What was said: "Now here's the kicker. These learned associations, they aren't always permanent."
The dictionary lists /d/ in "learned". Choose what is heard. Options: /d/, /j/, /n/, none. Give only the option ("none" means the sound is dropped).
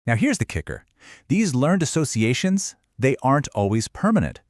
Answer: /d/